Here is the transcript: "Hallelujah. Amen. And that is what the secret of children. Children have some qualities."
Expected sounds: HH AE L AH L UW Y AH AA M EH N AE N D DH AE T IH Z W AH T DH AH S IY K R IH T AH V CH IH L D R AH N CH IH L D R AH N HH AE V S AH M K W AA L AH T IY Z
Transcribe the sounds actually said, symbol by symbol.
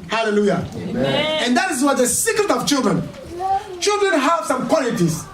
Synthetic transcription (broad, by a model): HH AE L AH L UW Y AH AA EH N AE N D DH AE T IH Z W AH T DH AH S IY K R IH T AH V CH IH L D R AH N CH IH L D R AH N HH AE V S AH M K W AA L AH T IY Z